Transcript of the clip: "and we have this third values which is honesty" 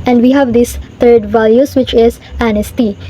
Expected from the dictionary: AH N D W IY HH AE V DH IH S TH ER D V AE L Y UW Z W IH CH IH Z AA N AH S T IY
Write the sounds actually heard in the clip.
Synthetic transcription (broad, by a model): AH N D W IY HH AE V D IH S T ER D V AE L Y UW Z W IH CH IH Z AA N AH S T IY